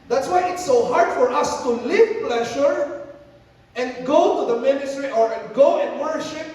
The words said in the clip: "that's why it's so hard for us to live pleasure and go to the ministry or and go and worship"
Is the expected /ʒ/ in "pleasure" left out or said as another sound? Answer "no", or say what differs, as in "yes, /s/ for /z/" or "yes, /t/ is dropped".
yes, /ʃ/ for /ʒ/